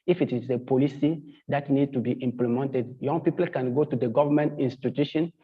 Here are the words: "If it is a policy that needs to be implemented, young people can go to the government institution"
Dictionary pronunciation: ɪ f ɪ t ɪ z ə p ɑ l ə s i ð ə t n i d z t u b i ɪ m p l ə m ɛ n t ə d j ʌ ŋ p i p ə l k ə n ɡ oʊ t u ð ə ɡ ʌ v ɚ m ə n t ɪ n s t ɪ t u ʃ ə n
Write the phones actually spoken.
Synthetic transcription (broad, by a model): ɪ f ɪ t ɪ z ə p ɑ l ə s i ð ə t n i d t u b i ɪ m p l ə m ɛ n t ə d j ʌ ŋ p i p ə l k ə n ɡ oʊ t u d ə ɡ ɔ v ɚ m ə n t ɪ n s t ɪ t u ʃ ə n